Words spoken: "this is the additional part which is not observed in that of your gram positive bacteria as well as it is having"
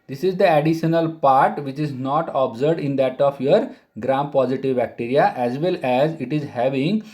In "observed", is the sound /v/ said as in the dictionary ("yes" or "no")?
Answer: no